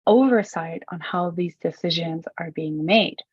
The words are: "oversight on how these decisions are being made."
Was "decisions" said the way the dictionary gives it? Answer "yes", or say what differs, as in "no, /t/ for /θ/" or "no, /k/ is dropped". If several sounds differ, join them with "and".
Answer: yes